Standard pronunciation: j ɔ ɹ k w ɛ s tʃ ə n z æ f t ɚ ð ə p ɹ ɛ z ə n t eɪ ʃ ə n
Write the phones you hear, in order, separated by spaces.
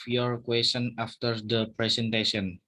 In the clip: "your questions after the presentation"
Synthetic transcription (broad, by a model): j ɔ ɹ k w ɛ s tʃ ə n ɑ f t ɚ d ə p ɹ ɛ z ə n t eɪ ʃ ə n